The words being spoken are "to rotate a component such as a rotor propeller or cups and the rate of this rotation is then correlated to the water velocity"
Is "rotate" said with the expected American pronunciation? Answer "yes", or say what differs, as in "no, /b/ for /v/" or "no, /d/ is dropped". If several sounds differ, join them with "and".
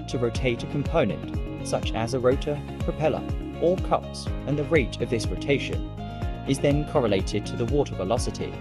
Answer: yes